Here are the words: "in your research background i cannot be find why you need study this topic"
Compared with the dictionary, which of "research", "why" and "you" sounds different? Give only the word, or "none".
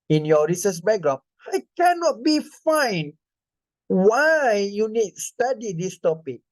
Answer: research